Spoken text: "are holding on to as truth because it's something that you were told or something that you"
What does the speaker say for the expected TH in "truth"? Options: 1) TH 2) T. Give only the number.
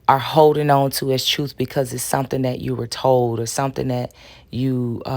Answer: 1